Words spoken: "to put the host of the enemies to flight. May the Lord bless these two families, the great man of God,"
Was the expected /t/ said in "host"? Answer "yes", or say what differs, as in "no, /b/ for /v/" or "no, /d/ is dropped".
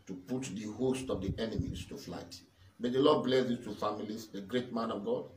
yes